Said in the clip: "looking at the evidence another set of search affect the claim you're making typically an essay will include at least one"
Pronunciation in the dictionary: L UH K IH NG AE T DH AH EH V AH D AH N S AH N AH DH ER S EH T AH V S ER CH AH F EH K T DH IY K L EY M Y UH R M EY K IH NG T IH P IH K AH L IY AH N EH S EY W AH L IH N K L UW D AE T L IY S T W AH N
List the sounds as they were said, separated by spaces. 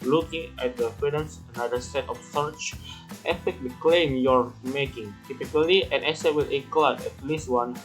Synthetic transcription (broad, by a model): L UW K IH NG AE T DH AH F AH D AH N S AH N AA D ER S EH T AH F S ER CH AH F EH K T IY K L EY M Y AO R M EY K IH NG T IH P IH K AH L IY AH N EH S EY W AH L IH K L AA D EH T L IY S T W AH N